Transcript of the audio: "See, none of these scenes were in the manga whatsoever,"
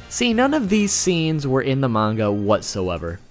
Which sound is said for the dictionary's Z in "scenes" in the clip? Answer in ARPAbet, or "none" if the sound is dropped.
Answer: Z